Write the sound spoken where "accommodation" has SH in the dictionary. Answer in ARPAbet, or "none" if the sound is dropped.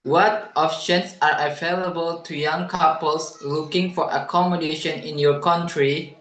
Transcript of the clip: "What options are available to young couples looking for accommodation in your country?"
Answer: SH